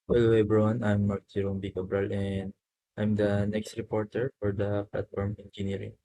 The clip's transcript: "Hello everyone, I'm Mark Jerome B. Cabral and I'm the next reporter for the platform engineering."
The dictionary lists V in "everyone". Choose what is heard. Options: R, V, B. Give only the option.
B